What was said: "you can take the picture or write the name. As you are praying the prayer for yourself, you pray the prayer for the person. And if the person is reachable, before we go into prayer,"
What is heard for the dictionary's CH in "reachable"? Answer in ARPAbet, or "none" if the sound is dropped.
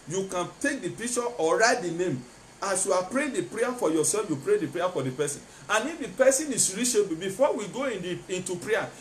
SH